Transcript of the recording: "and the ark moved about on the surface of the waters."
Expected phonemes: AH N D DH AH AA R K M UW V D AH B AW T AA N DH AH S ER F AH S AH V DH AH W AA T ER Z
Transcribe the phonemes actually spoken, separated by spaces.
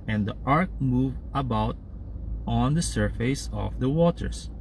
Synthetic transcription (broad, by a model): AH N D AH AA R K M UW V AH B AW T AA N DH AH S ER F AH S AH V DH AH W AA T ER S